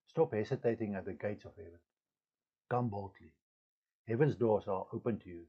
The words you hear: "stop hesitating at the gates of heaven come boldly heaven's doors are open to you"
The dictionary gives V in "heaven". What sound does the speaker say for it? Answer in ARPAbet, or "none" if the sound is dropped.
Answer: V